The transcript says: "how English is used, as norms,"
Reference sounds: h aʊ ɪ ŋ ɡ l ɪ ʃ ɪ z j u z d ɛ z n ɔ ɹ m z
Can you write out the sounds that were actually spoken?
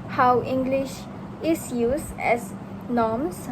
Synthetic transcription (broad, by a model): h aʊ ɪ ŋ ɡ l ɪ ʃ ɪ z j u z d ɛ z n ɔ m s